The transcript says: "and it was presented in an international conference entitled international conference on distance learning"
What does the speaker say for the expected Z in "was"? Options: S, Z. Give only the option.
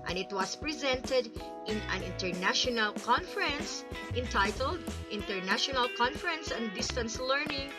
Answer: S